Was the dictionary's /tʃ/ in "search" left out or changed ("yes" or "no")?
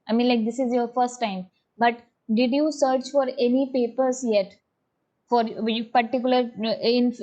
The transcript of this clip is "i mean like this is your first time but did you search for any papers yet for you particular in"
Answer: no